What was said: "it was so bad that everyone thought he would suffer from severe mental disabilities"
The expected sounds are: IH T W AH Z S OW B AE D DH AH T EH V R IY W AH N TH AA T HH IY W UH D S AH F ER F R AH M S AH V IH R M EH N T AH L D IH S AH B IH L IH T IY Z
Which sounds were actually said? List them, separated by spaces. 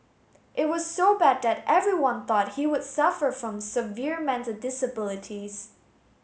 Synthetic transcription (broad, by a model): IH T W AH Z S OW B AE D DH AH T EH V R IY W AH N TH AA T HH IY W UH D S AH F ER F R AH M S AH V IH R M EH N T AH L D IH S AH B IH L IH T IY Z